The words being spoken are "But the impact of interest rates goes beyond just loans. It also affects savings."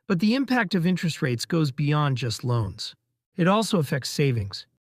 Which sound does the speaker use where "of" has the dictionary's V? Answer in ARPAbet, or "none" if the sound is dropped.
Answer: V